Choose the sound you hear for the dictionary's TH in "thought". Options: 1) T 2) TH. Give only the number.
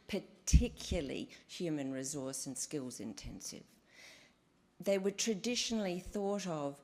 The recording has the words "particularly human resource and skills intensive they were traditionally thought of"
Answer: 2